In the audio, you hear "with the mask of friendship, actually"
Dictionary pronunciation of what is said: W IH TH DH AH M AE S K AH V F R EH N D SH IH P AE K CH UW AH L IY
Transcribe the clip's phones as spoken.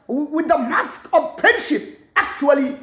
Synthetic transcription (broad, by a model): W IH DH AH M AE S K AH V P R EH N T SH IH P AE K CH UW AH L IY